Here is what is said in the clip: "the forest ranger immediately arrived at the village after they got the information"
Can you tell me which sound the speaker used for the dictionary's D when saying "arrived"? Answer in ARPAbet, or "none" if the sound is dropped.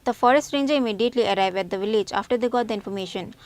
none